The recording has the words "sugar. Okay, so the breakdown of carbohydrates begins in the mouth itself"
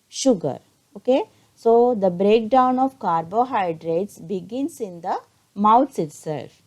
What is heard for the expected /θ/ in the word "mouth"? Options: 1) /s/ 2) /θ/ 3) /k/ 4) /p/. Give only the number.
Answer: 1